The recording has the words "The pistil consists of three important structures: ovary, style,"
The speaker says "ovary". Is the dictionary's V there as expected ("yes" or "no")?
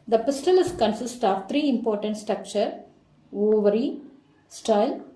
yes